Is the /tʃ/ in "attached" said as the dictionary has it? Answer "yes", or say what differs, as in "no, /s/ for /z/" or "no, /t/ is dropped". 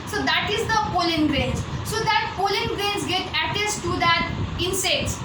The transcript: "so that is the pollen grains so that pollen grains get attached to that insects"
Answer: no, /s/ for /tʃ/